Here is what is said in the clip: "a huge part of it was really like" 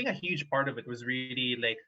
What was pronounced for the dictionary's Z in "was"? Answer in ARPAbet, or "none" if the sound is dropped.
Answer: Z